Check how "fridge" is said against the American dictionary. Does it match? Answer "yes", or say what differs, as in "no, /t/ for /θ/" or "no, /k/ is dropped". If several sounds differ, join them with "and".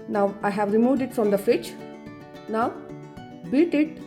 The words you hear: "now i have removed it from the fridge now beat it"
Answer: no, /ɹ/ is dropped and /tʃ/ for /dʒ/